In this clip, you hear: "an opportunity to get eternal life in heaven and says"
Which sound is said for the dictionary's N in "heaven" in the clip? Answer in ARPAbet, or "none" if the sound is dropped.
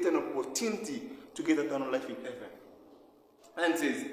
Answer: none